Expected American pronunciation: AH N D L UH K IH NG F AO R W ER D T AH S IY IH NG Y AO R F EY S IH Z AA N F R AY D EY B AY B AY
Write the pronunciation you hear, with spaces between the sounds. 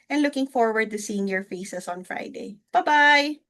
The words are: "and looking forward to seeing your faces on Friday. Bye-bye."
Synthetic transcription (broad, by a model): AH N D L UH K IH NG F AO R W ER D T AH S IY IH NG Y AO R F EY S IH S AA N F R AY D EY B AY B AY